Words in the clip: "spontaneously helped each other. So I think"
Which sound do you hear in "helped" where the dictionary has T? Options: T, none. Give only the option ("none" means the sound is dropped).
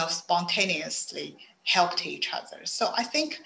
T